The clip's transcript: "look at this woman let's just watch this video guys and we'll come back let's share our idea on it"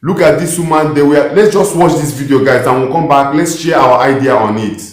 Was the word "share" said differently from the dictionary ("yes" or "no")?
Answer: yes